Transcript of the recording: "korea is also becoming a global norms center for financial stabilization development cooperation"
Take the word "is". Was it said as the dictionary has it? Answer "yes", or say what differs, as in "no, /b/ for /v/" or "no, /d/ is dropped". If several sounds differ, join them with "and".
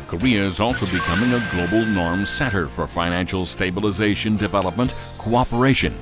yes